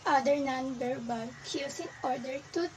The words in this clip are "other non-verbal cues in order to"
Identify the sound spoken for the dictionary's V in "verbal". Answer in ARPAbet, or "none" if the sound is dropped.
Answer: B